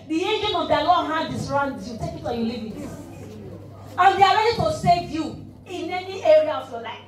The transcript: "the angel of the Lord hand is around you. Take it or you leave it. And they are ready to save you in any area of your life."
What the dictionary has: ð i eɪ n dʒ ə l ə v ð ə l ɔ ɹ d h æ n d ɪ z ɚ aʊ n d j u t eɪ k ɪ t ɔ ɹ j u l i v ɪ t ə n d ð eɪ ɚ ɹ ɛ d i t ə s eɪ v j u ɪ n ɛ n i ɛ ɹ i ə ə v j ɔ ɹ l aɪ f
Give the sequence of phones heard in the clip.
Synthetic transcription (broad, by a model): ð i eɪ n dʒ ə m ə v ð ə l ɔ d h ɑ d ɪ s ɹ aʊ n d j u t eɪ k ɪ t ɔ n j u l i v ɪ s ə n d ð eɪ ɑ ɹ ɛ d i t ə s eɪ v j u ɪ n ɛ n i ɛ ɹ i ə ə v j ɔ l aɪ f